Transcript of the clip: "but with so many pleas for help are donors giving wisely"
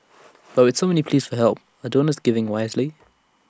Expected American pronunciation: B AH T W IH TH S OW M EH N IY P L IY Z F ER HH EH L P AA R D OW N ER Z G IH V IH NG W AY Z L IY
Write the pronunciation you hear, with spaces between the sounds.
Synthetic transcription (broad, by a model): B AH T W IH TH S OW M EH N IY P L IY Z F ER HH EH L P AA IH D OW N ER S G IH V IH NG W AY Z L IY